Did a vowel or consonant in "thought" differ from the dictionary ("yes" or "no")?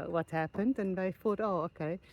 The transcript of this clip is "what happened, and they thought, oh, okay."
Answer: yes